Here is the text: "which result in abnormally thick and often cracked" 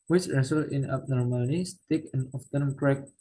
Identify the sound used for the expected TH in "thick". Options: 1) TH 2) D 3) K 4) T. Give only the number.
4